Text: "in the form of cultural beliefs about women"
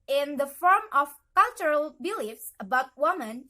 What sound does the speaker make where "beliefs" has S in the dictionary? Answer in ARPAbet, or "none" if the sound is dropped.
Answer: S